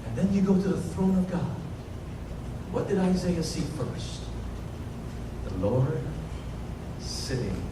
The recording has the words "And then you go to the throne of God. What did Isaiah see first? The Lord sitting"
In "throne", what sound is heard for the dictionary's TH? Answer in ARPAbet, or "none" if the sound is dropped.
TH